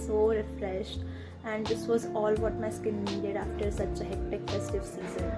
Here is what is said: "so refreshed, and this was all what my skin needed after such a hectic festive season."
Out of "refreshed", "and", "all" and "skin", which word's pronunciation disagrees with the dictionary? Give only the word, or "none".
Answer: none